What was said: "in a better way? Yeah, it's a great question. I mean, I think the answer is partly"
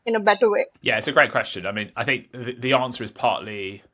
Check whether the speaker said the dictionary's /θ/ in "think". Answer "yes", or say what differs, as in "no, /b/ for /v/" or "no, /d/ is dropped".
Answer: yes